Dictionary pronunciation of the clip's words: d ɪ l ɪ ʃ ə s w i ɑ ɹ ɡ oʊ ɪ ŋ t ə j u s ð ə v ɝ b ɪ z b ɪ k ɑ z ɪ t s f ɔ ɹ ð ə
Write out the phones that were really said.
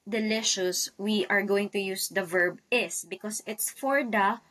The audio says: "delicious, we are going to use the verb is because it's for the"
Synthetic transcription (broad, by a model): d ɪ l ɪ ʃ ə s w i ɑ ɹ ɡ oʊ ɪ ŋ t ə j u s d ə v ɝ b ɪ s b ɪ k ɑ s ɪ t s f ɔ ɹ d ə